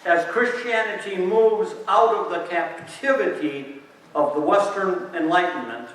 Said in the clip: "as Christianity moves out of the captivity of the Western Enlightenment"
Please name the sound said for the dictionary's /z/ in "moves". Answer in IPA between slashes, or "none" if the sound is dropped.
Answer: /z/